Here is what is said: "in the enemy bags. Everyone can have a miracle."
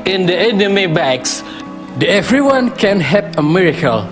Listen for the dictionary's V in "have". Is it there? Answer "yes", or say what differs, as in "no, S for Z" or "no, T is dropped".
no, P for V